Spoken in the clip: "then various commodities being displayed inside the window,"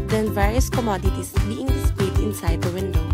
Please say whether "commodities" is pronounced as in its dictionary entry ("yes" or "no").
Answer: no